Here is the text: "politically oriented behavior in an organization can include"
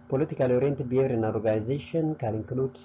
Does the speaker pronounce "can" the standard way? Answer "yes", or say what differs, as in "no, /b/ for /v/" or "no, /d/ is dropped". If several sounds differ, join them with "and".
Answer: no, /l/ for /n/